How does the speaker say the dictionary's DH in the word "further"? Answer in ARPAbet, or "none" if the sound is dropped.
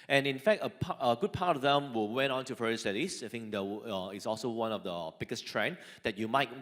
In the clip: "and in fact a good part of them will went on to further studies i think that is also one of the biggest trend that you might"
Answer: none